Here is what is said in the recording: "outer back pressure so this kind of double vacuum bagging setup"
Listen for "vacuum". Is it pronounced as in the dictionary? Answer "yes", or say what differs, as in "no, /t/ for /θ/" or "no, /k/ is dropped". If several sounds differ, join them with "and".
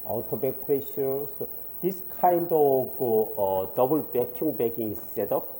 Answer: no, /b/ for /v/